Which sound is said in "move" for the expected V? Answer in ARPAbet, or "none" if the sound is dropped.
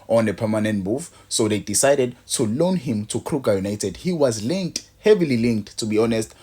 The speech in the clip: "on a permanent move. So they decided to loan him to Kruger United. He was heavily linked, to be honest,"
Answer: F